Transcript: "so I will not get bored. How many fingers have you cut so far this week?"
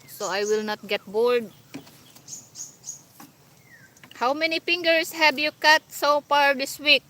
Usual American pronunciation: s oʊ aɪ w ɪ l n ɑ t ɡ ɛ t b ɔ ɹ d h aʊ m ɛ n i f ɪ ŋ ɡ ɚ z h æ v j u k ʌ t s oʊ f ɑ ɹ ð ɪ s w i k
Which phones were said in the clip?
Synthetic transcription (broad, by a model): s oʊ aɪ w ɪ l n ɑ t ɡ ɛ t b ɔ ɹ d h aʊ m ɛ n i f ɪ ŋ ɡ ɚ s h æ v j u k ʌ t s oʊ f ɑ ɹ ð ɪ s w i k